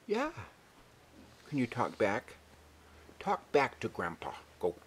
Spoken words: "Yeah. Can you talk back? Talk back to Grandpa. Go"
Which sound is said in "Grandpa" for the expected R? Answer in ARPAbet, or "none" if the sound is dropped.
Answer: R